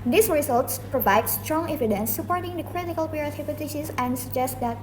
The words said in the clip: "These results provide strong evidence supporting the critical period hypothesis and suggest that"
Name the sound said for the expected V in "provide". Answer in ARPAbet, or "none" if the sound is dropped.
V